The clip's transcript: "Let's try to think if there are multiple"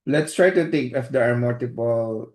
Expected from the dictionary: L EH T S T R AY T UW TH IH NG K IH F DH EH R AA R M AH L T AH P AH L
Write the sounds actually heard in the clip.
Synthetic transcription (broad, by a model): L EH T S T R AY T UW T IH NG K IH F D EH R AA R M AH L T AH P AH L